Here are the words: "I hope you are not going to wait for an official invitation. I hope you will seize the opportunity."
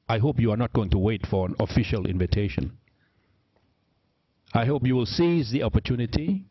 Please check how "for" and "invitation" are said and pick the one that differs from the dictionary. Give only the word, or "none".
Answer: none